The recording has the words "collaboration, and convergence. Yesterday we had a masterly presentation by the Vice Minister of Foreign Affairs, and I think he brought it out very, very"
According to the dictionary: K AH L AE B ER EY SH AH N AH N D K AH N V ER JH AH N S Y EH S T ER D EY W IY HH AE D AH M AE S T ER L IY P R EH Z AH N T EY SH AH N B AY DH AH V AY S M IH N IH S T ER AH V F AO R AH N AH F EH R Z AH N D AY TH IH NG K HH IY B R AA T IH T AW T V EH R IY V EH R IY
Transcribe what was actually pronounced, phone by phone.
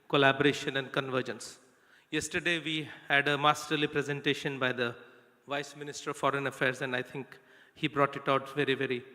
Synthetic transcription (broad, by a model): K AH L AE B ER EY SH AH N AH N D K AH N V ER JH AH N S Y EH S T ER D EY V IY HH AE D AH M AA S T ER L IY P R EH Z AH N T EY SH AH N B AY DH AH V AY S M IH N IH S T ER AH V F AO R AH N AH F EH R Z AH N D AY T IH NG K HH IY B R AA T IH T AW T V EH R IY V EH R IY